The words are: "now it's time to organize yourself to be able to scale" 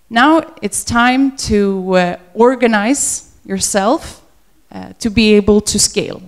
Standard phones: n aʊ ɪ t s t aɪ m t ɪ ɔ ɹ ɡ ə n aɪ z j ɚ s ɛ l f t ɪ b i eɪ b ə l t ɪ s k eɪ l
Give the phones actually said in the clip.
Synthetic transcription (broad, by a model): n aʊ ɪ t s t aɪ m t ɪ ɔ ɹ ɡ ə n aɪ z j ɚ s ɛ l f t ɪ b i eɪ b ə l t ɪ s k eɪ l